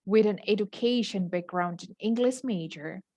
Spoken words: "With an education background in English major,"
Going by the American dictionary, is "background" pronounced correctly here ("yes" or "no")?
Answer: yes